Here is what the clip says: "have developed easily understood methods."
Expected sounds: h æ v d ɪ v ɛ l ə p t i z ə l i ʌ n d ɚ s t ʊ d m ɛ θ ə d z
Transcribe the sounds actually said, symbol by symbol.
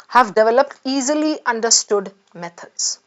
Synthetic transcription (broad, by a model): h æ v d ɪ v ɛ l ə p t i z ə l i ʌ n d ɚ s t ʊ d m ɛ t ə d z